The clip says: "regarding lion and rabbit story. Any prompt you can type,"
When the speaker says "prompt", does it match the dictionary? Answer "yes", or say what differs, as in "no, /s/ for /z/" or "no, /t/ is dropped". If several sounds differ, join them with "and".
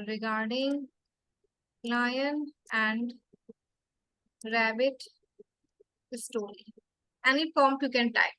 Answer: no, /ɹ/ is dropped